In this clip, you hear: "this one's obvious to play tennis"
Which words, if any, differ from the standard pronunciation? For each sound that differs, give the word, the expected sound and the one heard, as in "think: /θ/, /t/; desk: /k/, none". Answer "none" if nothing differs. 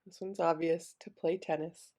none